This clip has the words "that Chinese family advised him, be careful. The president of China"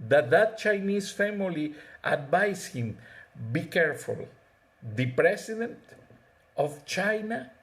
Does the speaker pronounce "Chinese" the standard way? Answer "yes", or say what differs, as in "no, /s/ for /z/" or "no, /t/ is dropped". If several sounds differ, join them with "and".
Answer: no, /s/ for /z/